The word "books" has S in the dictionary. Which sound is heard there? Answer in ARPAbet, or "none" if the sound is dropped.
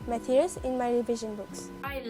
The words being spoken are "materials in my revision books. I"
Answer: S